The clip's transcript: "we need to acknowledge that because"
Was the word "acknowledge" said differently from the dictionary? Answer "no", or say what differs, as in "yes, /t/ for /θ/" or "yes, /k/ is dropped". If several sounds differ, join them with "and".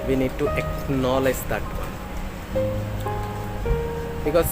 no